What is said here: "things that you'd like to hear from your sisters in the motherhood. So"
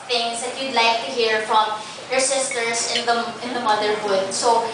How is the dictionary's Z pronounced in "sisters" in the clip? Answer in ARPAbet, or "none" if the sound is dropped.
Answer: S